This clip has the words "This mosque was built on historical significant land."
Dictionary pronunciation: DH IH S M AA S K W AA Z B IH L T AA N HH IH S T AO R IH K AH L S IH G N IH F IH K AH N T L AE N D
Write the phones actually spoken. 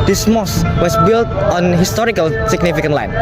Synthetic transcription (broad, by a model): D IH S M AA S W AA S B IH L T AA N HH IH S T AO R IH K AH L S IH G N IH F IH K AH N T L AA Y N